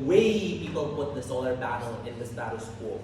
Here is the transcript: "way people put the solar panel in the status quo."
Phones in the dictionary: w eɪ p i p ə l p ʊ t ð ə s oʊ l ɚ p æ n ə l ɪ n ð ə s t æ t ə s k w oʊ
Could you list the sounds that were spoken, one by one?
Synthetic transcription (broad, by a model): w eɪ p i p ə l p ʊ t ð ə s oʊ l ɚ b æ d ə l ɪ n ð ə s t æ t ə s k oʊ